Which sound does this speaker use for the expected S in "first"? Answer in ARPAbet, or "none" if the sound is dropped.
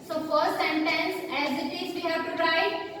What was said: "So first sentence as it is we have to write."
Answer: none